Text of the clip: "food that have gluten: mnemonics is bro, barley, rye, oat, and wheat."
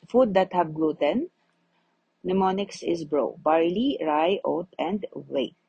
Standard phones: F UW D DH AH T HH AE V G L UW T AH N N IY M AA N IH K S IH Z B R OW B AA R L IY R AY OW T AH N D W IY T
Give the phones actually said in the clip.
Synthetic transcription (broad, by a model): F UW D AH T HH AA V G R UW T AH N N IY M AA N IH K S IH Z B R OW B AA R L IY R AY OW T AH N D W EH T